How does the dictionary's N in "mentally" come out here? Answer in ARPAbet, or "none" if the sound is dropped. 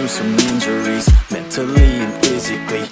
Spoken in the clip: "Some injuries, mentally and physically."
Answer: none